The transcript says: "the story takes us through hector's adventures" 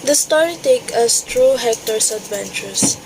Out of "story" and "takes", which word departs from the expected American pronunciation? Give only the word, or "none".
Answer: takes